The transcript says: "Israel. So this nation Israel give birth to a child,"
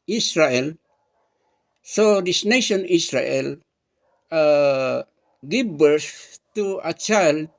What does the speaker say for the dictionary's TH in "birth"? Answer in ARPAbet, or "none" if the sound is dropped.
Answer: S